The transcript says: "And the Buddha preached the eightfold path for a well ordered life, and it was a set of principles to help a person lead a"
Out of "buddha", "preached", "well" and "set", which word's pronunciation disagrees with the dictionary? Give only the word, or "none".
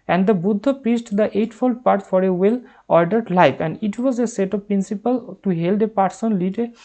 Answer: preached